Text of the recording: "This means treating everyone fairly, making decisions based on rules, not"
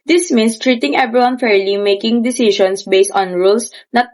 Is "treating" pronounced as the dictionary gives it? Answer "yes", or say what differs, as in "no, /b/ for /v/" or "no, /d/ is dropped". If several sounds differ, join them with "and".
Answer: yes